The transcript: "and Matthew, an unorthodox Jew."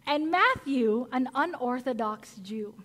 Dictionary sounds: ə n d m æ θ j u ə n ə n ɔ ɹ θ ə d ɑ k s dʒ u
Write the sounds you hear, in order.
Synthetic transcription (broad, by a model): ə n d m æ θ j u ə n ə n ɔ ɹ θ ə d ɑ k s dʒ u